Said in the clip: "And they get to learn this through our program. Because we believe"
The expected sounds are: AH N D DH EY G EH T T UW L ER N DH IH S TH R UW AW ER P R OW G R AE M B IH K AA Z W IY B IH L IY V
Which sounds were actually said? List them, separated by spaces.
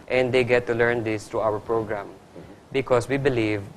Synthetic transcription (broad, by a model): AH N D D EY G EH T T UW L ER N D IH S T R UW AW ER P R OW G R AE M B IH K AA S W IY B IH L IY V